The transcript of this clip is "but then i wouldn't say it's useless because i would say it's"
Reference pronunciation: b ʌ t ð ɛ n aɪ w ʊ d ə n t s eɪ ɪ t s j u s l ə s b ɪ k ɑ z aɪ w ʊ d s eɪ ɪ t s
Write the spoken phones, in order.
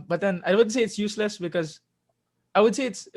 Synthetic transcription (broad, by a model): b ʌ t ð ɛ n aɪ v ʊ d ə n s eɪ ɪ t s j u s l ə s b ɪ k ɑ z aɪ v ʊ d s eɪ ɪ t s